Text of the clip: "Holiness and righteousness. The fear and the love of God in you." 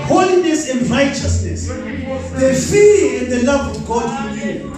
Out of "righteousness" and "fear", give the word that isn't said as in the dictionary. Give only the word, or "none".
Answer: fear